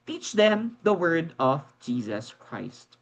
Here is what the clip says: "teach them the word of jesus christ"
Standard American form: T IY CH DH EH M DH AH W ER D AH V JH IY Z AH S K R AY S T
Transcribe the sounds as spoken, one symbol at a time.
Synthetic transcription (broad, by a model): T IY CH DH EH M DH AH W ER D AH V JH IY Z AH S K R AY S T